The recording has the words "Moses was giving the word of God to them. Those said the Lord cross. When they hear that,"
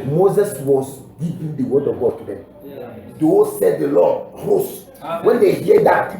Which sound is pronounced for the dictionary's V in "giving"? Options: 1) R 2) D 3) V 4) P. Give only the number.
4